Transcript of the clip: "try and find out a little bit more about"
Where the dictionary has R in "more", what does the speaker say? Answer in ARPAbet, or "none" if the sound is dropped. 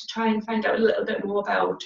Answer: L